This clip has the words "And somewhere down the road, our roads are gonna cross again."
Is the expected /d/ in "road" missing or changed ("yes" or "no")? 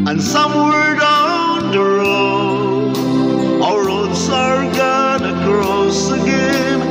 yes